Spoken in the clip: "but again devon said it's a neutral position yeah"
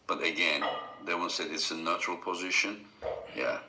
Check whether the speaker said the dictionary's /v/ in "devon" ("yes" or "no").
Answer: no